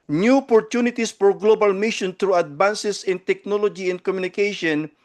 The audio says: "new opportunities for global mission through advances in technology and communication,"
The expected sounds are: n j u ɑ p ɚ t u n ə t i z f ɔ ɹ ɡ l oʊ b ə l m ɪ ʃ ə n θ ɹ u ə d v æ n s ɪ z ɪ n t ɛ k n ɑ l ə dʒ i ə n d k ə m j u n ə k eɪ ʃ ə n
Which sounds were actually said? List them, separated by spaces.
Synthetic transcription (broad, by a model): n j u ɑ p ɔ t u n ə t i s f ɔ ɹ ɡ l oʊ b ə l m ɪ ʃ ə n t ɹ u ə d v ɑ n s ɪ s ɪ n t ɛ k n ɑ l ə dʒ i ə n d k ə m j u n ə k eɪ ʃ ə n